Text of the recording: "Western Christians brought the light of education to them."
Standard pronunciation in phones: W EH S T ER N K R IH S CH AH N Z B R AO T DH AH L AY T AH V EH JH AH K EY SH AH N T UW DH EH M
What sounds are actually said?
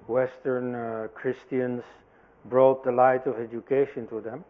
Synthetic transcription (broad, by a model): W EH S T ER N K R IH S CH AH N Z B R AO T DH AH L AY T AH V EH JH AH K EY SH AH N T UW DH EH M